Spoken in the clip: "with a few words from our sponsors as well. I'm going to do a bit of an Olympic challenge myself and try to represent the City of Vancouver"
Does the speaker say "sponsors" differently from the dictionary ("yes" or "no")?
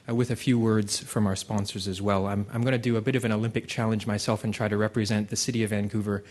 no